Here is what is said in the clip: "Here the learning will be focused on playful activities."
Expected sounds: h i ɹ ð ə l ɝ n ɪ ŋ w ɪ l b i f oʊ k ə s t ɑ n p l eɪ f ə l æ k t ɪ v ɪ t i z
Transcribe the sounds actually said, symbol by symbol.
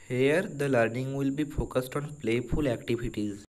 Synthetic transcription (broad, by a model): h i ɹ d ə l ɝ n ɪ ŋ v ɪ l b i f oʊ k ə s t ɑ n p l eɪ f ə l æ k t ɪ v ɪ t i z